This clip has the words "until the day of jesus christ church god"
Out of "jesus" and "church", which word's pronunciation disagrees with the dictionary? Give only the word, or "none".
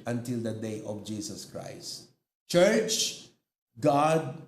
jesus